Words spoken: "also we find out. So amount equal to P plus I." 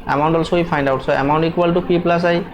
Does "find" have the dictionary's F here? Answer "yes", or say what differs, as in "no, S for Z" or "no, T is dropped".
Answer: no, P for F